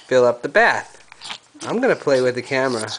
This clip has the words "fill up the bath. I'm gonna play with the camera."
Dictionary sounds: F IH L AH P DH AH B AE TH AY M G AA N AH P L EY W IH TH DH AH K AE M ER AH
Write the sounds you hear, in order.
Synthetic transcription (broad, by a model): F IH L AH P DH AH B AE TH AY M G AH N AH P L EY W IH DH AH K AE M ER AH